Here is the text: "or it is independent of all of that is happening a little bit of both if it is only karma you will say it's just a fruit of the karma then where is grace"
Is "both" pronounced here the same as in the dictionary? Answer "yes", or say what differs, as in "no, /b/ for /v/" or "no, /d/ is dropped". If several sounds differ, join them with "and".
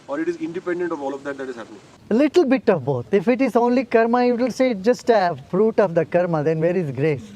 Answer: no, /t/ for /θ/